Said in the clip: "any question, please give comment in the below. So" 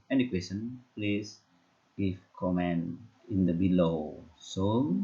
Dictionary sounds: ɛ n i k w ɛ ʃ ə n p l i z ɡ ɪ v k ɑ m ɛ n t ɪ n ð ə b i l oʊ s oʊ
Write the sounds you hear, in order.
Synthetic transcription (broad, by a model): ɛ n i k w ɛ s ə n p l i s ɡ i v k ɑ m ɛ n ɪ n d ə b i l oʊ s oʊ